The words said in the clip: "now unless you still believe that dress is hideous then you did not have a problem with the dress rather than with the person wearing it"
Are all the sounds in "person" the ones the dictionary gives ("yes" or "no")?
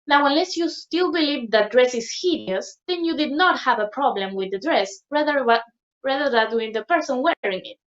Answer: yes